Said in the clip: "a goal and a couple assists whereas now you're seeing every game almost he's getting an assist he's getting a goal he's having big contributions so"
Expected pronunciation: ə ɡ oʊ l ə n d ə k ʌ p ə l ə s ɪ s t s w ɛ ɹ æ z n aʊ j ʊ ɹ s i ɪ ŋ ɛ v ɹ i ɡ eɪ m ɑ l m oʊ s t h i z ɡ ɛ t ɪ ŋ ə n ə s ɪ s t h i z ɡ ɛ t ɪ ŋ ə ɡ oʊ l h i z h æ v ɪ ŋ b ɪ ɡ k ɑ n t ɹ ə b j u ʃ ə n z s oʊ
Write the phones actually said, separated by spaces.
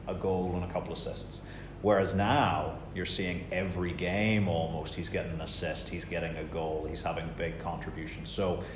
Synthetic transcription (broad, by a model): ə ɡ oʊ l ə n ə k ʌ p l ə s ɪ s t s w ɛ ɹ æ z n aʊ j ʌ ɹ s i ɪ ŋ ɛ v ɹ i ɡ eɪ m ɑ l m oʊ s t h i z ɡ ɛ t ɪ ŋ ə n ə s ɪ s t h i z ɡ ɛ t ɪ ŋ ə ɡ oʊ l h i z h æ v ɪ ŋ b ɪ ɡ k ɑ n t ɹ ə b j u ʃ n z s oʊ